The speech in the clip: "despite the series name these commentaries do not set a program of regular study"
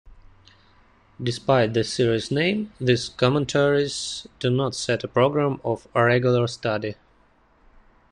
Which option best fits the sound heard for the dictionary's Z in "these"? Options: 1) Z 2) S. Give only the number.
2